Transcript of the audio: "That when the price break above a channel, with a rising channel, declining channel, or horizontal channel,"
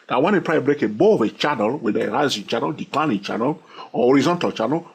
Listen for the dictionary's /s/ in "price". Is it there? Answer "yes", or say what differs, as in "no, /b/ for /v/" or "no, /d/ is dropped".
no, /s/ is dropped